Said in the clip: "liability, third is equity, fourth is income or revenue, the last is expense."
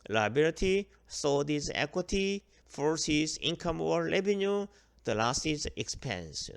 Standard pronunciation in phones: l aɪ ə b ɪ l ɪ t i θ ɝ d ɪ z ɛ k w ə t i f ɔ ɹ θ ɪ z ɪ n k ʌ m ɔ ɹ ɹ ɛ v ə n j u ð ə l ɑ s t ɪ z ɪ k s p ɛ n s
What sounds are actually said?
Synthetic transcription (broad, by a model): l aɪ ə b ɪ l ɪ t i s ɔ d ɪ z ɛ k w ə t i f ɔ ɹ s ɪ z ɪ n k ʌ m ɔ ɹ l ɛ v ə n j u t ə l ɑ s t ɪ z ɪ k s p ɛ n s